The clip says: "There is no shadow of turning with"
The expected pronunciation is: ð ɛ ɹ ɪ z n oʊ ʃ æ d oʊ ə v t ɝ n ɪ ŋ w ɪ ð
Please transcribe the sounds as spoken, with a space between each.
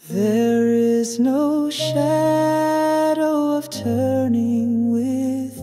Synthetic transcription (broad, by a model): ð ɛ ɹ ɪ z n oʊ ʃ æ d oʊ ə v t ɝ n ɪ ŋ w ɪ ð